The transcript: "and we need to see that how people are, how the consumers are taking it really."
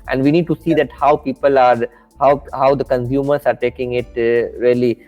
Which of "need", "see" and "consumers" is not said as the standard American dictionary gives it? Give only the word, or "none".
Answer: consumers